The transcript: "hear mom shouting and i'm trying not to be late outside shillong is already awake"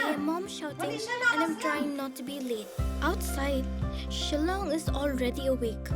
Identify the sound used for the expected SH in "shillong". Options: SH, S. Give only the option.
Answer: SH